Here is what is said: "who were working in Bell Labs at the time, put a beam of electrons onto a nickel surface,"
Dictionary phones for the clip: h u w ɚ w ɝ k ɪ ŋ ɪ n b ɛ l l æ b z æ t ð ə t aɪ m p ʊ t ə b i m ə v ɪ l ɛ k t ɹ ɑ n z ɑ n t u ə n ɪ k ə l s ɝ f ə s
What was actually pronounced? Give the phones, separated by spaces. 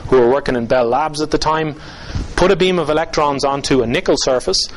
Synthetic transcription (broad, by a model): h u w ɚ w ɝ k ɪ ŋ ɪ n b ɛ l l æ b z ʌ t ð ə t aɪ m p ʊ t ə b i m ə v ɪ l ɛ k t ɹ ɑ n z ɑ n t u ə n ɪ k ə l s ɝ f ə s